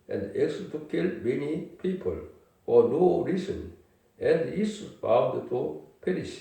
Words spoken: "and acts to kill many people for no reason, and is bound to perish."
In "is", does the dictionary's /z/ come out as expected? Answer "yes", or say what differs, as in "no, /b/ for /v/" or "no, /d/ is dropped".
no, /s/ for /z/